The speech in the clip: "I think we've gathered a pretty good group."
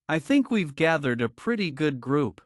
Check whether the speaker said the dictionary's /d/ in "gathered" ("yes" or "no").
yes